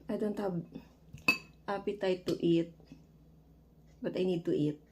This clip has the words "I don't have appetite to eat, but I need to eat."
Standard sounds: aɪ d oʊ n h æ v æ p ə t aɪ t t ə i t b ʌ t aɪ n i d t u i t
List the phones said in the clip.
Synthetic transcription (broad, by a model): aɪ d oʊ n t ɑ b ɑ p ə t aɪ t t i t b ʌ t aɪ n i d t u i t